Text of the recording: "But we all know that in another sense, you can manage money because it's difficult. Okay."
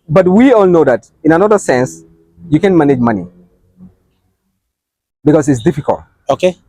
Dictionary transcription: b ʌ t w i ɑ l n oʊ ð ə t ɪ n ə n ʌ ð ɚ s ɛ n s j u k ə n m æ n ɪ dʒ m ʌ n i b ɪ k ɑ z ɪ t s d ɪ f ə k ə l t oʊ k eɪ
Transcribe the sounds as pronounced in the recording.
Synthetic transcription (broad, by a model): b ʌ t w i ɑ l n oʊ ð ə t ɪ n ə n ʌ ð ɚ s ɛ n s j u k ə n m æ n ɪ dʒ m ʌ n i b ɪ k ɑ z ɪ t s d ɪ f ə k ə l t oʊ k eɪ